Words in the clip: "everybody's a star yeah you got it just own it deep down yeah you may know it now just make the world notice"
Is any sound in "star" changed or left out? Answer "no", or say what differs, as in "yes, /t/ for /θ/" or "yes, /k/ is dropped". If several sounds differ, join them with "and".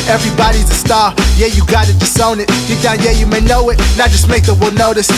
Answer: no